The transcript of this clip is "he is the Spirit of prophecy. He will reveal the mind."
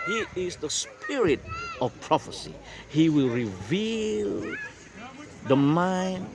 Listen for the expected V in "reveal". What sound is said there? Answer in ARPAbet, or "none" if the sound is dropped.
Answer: V